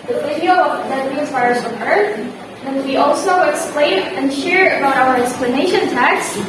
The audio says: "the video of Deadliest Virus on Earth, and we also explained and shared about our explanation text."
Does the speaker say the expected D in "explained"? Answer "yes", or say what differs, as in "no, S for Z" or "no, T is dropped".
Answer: no, D is dropped